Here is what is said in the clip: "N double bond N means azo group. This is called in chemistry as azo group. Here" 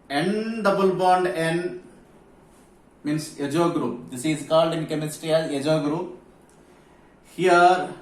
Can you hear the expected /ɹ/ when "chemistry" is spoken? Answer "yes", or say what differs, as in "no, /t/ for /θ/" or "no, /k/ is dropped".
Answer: yes